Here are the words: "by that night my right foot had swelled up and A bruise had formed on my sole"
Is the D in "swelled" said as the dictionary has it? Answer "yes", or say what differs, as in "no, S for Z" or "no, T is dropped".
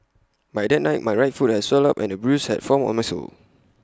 no, D is dropped